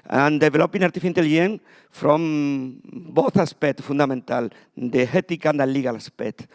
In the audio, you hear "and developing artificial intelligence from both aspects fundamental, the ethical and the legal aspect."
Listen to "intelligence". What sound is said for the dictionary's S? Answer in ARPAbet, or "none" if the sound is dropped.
none